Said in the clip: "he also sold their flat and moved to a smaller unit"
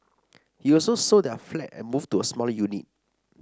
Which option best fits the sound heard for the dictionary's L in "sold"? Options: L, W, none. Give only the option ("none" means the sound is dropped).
none